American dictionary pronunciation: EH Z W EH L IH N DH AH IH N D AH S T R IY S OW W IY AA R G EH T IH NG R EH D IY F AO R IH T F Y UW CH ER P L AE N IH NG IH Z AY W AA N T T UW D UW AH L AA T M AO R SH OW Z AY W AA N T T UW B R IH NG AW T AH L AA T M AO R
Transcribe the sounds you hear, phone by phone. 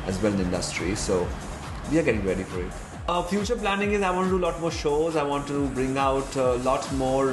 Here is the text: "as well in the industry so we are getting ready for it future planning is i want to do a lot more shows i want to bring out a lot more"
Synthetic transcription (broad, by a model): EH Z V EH L IH N IH N D AH S T R IY S OW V IY AA R G EH T IH NG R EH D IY F AO R IH T F Y UW CH ER P L AE N IH NG IH Z AY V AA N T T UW D UW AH L AA T M AO R SH OW Z AY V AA N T T UW B R IH NG AW T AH L AA T M AO R